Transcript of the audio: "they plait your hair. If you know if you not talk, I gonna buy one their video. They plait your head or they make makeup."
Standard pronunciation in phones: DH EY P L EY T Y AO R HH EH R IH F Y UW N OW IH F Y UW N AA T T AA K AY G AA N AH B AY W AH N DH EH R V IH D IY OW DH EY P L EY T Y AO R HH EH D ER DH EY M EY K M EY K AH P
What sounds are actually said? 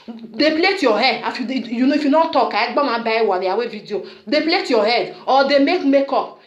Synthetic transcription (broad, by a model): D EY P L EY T Y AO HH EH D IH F Y UW N OW IH F Y UW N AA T T AA K AY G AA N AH B AY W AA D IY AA W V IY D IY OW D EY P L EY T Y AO HH EH D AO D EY M EY K M EY K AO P